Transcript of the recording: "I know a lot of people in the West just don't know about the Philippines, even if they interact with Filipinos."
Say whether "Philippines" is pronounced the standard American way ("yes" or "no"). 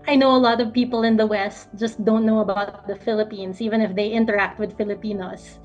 no